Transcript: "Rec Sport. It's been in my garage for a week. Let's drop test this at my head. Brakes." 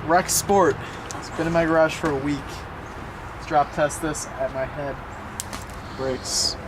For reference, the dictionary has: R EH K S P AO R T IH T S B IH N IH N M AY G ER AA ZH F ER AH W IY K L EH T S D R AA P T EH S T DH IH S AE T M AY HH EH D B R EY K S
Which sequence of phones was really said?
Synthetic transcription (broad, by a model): R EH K S P AO R T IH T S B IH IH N M AY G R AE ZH F ER AH W IY K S D R AA P T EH S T DH IH S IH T M AY HH EH D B R EY K S